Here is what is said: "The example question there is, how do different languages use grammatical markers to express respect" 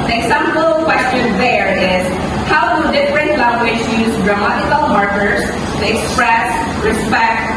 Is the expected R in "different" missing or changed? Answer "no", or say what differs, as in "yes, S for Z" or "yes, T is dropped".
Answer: no